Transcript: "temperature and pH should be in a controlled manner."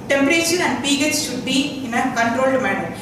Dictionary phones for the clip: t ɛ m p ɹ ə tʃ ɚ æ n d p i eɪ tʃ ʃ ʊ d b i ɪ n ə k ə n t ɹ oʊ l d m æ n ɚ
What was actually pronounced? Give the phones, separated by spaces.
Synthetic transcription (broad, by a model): t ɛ m p ɹ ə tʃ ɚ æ n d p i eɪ s ʃ ʊ d b i ɪ n ə k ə n t ɹ oʊ l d m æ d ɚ